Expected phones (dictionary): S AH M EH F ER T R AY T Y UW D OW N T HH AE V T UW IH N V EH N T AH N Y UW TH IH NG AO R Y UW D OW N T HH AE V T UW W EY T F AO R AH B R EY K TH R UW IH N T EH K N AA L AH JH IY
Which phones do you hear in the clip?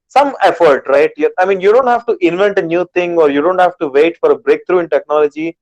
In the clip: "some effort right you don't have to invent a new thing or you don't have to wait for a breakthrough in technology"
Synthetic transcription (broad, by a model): S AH M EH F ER T R AY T Y UW D OW N T HH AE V T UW IH N V EH N T AH N Y UW T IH NG AO R Y UW D OW N T HH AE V T UW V EY T F AO R AH B R EY K T R UW IH N T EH K N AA L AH JH IY